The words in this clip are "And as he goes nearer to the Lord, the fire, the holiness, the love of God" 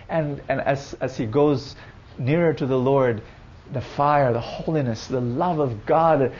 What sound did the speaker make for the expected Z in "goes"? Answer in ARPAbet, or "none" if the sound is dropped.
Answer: Z